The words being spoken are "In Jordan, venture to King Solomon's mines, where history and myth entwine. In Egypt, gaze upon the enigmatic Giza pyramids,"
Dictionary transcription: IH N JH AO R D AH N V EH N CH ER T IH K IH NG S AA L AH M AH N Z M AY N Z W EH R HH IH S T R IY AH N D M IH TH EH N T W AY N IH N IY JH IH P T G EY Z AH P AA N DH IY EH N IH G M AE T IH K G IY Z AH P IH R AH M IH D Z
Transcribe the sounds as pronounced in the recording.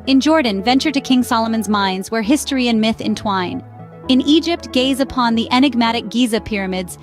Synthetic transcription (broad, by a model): IH N JH AO R D N V EH N CH ER T IH K IH NG S AA L AH M AH N Z M AY N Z W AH R HH IH S T R IY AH N M IH TH EH N T W AY N IH N IY JH IH P T G EY Z AH P AA N DH IY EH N IH G M AE T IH K G IY Z AH P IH R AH M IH D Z